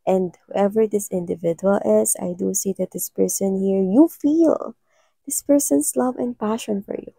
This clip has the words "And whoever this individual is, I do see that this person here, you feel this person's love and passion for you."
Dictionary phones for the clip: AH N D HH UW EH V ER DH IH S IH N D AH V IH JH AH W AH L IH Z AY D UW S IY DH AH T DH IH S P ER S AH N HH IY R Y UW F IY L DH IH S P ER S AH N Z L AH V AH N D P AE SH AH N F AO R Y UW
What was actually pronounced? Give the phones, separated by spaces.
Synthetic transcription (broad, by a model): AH N D HH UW EH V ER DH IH S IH N D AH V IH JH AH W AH L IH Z AY D UW S IY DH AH T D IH S P ER S AH N HH IY R Y UW F IY L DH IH S P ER S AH N S L AH V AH N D P AE SH AH N F AO R Y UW